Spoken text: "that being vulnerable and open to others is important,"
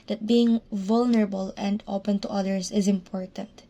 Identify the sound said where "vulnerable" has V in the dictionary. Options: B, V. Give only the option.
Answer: V